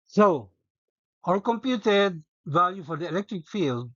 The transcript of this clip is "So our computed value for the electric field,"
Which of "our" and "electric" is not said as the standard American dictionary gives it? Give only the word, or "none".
our